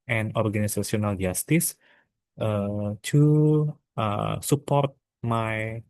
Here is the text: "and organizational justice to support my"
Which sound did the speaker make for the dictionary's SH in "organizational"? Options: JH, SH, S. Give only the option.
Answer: S